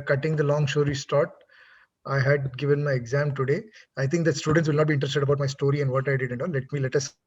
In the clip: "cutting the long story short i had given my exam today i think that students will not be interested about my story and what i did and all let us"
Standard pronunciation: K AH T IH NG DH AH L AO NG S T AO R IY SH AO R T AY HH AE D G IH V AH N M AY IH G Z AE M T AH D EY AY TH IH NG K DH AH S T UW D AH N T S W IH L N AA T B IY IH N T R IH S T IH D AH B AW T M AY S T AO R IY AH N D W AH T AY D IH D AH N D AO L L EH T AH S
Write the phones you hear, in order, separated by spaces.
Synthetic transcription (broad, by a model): K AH T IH NG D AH L AO NG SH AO R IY S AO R T AY HH AE D G IH V AH N M AY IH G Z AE M T AH D EY AY T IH NG K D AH S T UW D AH N T S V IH L N AA T B IY IH N T R IH S T IH D AH B AW T M AY S T AO R IY AH N D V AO T AY D IH D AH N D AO L L EH T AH S